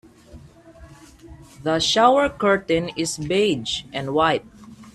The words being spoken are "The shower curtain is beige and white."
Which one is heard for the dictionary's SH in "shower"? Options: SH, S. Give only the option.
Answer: SH